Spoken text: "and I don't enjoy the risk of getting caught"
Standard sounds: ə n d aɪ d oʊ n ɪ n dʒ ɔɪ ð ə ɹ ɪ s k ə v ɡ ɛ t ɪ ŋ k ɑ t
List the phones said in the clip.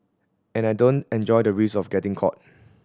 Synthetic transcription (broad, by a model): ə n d aɪ d oʊ n ɪ n dʒ ɔɪ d ə ɹ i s ə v ɡ ɛ t ɪ ŋ k ɑ t